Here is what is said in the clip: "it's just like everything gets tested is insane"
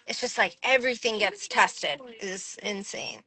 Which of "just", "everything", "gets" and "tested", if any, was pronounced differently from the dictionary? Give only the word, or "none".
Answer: none